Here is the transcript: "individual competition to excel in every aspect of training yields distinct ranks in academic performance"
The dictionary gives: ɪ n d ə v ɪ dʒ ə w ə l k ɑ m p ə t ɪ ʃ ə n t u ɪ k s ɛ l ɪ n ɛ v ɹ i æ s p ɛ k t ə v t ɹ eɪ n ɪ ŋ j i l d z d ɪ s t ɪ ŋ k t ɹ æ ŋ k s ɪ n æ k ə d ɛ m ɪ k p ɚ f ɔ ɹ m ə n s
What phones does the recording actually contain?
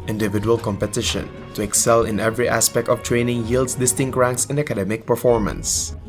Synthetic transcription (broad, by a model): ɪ n d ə v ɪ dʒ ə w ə l k ɑ m p ə t ɪ ʃ ə n t u ɪ k s ɛ l ɪ n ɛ v ɹ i æ s p ɛ k t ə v t ɹ eɪ n ɪ ŋ j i l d s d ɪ s t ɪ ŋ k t ɹ æ ŋ k s ɪ n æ k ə d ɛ m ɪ k p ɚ f ɔ ɹ m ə n s